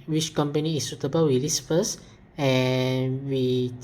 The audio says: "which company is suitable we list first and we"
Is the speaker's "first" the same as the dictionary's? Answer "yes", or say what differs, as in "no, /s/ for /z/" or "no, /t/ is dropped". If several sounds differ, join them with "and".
no, /t/ is dropped